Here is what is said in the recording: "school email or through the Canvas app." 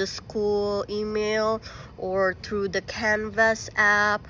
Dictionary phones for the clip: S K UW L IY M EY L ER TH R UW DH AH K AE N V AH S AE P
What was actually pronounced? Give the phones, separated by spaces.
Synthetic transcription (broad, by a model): S K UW L IY M EY L ER TH R UW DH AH K AE N V AH S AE P